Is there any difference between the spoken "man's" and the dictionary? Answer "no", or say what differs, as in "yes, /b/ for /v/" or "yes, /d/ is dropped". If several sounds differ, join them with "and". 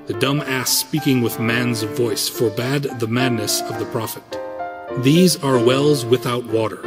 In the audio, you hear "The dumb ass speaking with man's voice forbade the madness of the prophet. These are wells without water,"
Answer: no